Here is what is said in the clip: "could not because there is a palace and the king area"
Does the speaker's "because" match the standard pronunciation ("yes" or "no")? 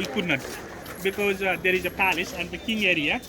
yes